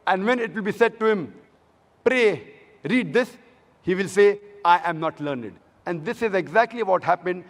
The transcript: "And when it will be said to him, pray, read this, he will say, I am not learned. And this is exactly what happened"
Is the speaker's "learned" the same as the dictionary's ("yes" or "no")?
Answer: yes